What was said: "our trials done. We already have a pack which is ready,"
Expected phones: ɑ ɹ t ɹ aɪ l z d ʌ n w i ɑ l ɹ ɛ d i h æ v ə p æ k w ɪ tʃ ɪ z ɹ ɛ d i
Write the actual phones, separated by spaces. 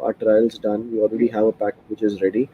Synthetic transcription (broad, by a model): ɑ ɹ t ɹ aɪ l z d ʌ n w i ɑ l ɹ ɛ d i h æ v ə p æ k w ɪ tʃ ɪ z ɹ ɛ d i